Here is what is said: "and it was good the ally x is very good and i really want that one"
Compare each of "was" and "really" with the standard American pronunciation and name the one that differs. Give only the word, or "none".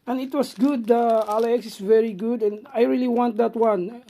was